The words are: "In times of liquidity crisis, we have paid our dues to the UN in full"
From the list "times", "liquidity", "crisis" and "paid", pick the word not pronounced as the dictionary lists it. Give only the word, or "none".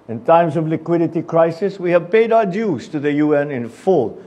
times